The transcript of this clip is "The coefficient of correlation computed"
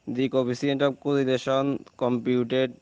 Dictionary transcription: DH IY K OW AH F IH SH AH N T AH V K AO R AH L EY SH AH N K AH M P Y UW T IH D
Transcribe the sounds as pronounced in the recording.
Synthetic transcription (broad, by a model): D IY K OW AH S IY AH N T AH B K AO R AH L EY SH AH N K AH M P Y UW T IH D